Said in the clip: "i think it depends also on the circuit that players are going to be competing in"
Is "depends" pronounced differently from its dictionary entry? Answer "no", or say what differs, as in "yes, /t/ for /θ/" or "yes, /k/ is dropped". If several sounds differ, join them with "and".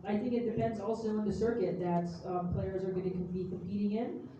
no